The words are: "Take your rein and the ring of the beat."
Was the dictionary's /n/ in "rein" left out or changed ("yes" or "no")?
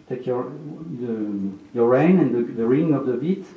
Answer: no